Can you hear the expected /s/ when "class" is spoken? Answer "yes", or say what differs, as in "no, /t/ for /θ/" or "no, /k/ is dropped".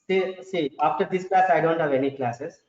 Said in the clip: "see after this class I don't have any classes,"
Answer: yes